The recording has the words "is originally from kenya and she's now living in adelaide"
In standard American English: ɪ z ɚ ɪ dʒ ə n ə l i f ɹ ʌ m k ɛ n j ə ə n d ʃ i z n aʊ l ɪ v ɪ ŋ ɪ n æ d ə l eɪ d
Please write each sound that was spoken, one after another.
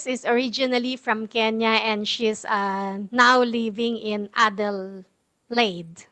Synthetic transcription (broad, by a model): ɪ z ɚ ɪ dʒ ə n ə l i f ɹ ʌ m k ɛ n j ə ə n d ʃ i s n aʊ l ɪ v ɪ ŋ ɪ n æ d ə l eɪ d